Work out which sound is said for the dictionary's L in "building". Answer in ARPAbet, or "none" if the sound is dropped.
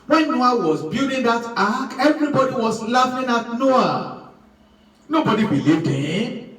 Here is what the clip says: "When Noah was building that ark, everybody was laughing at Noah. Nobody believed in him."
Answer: none